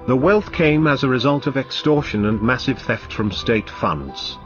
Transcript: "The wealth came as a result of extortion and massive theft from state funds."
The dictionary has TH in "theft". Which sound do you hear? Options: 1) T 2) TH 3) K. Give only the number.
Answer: 2